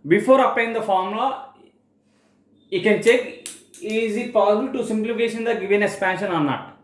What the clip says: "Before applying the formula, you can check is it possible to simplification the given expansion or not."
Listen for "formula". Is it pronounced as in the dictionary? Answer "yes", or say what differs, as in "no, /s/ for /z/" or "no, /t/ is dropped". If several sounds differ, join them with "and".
no, /l/ is dropped